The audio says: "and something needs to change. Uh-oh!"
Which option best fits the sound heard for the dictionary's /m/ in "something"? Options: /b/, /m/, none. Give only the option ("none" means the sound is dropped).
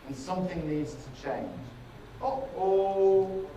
/m/